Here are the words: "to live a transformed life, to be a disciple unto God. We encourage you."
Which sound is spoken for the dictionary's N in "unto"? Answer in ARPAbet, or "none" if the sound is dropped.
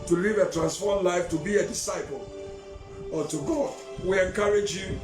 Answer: none